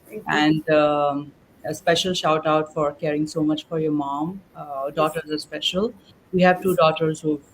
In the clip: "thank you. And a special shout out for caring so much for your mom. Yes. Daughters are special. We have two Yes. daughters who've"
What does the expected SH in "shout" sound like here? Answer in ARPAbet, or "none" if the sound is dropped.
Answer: SH